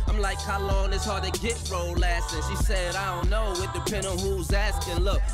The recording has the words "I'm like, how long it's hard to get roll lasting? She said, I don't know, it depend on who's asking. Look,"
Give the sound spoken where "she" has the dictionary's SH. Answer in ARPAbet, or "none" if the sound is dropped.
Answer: SH